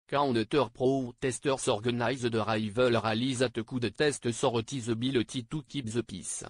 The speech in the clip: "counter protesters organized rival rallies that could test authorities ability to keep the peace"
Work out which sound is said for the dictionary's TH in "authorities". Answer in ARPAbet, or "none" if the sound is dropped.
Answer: S